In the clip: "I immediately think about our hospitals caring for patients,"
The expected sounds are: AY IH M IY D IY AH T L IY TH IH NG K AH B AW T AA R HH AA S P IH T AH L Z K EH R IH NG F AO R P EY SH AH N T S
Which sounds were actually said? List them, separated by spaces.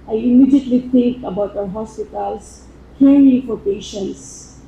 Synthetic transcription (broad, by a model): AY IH M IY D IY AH T L IY T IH NG K AH B AW T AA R HH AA S P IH T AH L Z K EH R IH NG F AO R P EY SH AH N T S